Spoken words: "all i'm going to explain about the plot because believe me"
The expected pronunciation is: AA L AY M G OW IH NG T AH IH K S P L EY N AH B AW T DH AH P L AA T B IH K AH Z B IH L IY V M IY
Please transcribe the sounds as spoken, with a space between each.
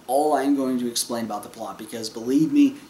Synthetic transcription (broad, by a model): AA L AY M G OW IH NG T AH IH K S P L EY N AH B AW T DH AH P L AA T B IH K AH Z B IH L IY V M IY